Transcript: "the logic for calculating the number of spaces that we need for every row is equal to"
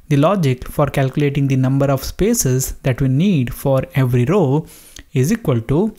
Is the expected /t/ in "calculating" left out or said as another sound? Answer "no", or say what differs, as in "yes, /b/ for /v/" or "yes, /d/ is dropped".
no